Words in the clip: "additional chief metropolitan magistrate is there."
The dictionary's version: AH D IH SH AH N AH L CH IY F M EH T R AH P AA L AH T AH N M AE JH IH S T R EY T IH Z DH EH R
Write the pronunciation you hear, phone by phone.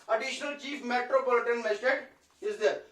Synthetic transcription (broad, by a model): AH D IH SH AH N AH L CH IY F M EH T R AH P AA L AH T AH N M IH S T EY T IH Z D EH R